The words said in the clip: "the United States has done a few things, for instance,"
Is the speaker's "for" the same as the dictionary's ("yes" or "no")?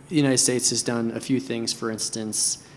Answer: yes